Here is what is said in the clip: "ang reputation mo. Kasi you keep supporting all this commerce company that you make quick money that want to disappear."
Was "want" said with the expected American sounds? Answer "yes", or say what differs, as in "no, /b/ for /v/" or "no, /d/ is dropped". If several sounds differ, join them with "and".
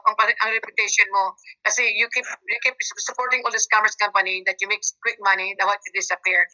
no, /n/ is dropped